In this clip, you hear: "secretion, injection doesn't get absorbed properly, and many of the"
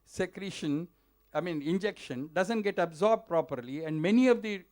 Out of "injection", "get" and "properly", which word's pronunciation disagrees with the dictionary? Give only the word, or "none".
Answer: none